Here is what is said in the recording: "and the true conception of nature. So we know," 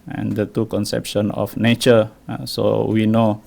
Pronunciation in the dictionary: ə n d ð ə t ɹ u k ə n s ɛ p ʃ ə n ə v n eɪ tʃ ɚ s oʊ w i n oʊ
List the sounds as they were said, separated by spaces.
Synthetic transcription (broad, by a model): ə n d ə t u k ə n s ɛ p ʃ ə n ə f n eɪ tʃ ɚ s oʊ w i n oʊ